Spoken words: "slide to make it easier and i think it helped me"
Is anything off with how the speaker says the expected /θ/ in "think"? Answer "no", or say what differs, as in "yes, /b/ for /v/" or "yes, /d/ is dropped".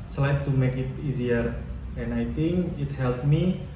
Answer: yes, /t/ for /θ/